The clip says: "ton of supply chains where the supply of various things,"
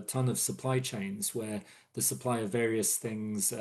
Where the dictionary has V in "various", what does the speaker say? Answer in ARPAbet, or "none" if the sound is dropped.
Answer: V